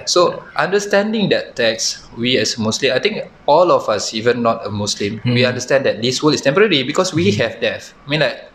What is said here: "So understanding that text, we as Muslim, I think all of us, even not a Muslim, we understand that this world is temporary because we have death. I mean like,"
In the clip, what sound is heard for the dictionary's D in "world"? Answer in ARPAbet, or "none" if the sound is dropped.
none